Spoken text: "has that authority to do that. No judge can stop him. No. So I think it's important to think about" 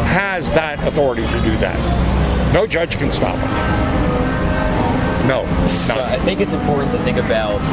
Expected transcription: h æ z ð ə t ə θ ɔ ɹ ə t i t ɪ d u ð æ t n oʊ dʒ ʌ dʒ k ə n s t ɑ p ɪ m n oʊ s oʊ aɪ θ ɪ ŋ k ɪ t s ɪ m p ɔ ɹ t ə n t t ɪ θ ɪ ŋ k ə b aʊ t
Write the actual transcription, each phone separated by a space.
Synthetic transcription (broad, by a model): h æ z ð ə t ə θ ɔ ɹ ə t i t ɪ d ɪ ð æ t n oʊ dʒ ʌ dʒ k ə n s t ɑ p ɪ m n oʊ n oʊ aɪ θ ɪ ŋ k ɪ t s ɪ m p ɔ ɹ t n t t ɪ θ ɪ ŋ k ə b aʊ t